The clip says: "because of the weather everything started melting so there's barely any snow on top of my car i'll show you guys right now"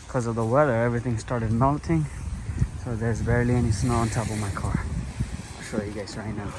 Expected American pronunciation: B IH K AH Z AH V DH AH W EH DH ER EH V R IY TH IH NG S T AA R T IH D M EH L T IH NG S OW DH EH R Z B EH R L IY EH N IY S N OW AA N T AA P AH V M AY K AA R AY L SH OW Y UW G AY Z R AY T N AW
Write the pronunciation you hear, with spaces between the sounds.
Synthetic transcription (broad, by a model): K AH Z AH V DH AH W EH DH ER EH V R IY TH IH NG S T AA R T IH D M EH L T IH NG S OW DH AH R Z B EH R L IY EH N IY S N OW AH N T AA P AH V M AY K AA R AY SH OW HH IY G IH S R AY T N AW